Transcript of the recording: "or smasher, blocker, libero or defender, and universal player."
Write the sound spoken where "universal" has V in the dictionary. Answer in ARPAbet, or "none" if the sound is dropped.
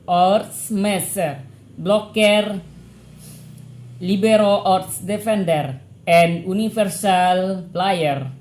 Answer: F